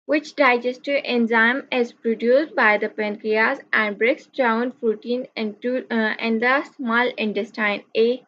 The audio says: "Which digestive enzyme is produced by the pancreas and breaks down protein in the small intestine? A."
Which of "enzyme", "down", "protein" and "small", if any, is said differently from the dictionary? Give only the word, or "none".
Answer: protein